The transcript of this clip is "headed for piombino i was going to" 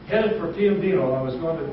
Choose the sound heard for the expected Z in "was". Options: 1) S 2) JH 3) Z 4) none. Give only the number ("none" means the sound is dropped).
3